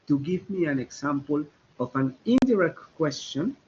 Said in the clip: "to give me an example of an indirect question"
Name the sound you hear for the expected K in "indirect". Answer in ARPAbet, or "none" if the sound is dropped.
K